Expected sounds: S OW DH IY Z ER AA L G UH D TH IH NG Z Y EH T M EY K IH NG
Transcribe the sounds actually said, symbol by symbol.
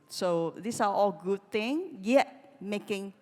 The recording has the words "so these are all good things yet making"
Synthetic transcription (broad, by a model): S OW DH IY S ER AA L G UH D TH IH NG Y EH T M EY K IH NG